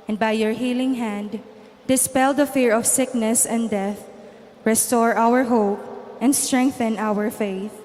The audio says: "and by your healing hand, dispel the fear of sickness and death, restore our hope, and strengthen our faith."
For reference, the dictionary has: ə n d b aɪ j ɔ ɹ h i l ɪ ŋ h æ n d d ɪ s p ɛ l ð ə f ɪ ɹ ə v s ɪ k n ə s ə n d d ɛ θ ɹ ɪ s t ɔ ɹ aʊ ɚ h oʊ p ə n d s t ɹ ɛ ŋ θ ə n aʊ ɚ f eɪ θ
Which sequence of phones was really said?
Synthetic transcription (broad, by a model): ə n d b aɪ j ɔ ɹ h i l ɪ ŋ h æ n d d ɪ s p ɛ l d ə f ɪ ɹ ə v s ɪ k n ə s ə n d d ɛ θ ɹ ɪ s t ɔ ɹ aʊ ɚ h oʊ p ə n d s t ɹ ɛ ŋ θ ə n aʊ ɚ f eɪ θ